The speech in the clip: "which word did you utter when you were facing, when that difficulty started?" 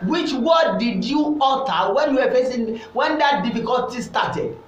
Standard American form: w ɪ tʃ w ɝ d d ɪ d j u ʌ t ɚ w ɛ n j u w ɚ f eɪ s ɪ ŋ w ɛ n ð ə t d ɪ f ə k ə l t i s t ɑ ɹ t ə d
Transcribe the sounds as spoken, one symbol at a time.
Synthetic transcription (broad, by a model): w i tʃ w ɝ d d ɪ d j u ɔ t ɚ w ɛ n j u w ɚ p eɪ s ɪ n w ɛ n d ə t d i f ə k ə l t i s t ɑ t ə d